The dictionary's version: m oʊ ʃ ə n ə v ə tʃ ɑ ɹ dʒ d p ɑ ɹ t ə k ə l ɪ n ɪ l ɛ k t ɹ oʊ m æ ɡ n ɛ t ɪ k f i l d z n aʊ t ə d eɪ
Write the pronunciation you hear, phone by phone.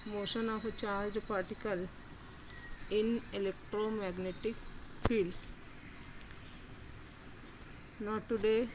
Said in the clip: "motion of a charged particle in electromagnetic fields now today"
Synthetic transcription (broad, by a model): m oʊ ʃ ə n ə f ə tʃ ɑ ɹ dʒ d p ɑ ɹ t ə k ə l ɪ n ɪ l ɛ k t ɹ oʊ m æ ɡ n ɛ t ɪ k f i l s n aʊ t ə d eɪ